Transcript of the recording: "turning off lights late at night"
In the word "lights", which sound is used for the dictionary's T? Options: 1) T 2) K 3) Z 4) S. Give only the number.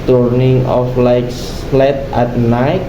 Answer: 4